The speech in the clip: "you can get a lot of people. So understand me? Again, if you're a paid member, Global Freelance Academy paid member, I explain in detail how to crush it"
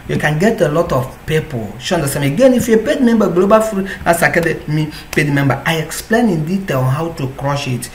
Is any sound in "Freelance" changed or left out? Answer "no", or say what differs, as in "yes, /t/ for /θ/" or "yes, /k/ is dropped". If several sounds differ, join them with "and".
yes, /l/ is dropped and /n/ is dropped